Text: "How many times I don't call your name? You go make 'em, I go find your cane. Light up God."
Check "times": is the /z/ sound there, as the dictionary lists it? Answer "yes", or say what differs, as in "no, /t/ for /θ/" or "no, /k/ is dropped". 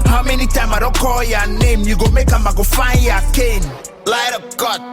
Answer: no, /z/ is dropped